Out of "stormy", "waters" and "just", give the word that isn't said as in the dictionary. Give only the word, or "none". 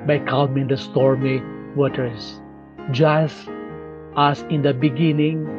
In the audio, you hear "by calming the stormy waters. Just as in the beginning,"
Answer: waters